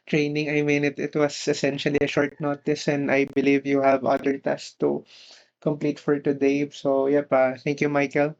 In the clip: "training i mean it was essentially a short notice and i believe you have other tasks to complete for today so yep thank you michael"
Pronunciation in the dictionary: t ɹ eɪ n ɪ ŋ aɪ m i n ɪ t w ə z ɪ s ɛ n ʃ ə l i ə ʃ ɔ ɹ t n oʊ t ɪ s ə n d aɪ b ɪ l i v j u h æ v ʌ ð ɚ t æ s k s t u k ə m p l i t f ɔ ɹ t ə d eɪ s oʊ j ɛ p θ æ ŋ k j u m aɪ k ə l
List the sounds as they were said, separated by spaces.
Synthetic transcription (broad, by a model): t ɹ eɪ n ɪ ŋ aɪ m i n ɪ t w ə s ɪ s ɛ n ʃ ə l i ə ʃ ɔ ɹ t n oʊ t ɪ s ə n d aɪ b ɪ l i v j u h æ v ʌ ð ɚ t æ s s t u k ə m p l i t f ɔ ɹ t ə d eɪ s oʊ j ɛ p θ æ ŋ k j u m aɪ k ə l